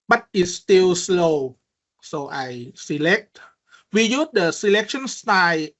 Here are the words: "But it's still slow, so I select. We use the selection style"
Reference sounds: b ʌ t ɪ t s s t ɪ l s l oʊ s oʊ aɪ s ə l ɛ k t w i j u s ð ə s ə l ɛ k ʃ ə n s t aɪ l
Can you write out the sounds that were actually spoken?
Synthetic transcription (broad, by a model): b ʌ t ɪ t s s t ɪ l s l oʊ s oʊ aɪ s ə l ɛ k t w i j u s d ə s ə l ɛ k ʃ ə n s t aɪ